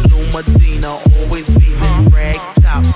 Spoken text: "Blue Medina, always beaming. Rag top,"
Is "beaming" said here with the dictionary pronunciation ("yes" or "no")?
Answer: no